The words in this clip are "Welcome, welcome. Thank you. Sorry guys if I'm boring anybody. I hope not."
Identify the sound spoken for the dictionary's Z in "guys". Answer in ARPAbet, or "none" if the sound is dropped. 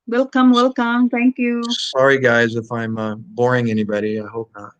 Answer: Z